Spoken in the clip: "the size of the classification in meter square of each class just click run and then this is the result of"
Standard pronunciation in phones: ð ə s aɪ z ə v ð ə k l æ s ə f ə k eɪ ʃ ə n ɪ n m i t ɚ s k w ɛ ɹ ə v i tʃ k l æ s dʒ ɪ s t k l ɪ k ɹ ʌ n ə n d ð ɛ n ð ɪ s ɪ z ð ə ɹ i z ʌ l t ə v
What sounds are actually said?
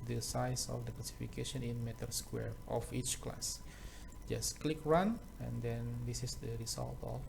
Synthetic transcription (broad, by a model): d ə s aɪ s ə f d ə k l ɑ s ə f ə k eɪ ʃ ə n ɪ n m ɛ t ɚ s k w ɛ ɹ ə f i tʃ k l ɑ s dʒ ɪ s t k l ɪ k ɹ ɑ n ə n d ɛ n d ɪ s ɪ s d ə ɹ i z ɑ l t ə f